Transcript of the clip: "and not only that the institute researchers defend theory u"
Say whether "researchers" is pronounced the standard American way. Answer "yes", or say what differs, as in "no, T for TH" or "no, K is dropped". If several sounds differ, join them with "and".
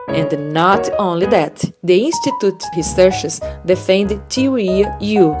no, SH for CH